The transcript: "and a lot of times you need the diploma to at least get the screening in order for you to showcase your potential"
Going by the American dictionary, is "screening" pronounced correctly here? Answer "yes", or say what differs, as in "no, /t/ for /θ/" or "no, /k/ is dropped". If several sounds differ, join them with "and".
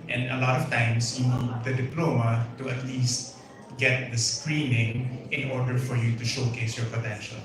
yes